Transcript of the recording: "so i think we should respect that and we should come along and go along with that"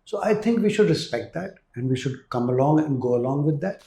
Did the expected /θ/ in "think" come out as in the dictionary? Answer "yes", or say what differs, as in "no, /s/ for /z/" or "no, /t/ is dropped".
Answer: no, /t/ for /θ/